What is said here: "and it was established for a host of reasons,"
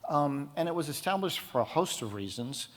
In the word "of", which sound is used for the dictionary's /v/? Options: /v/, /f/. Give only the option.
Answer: /v/